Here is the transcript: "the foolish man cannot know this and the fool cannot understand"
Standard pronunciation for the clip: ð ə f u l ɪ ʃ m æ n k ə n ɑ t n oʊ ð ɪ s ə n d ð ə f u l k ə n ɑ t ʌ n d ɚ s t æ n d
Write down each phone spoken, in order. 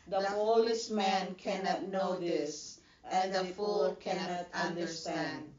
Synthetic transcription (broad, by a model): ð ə p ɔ l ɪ s m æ n k ə n ɑ t n oʊ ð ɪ s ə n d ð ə f u l k ə n ɑ t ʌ n d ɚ s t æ n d